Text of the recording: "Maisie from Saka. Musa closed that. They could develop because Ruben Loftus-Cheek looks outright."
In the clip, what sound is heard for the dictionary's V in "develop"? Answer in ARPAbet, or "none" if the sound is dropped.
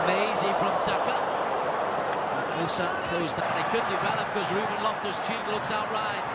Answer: B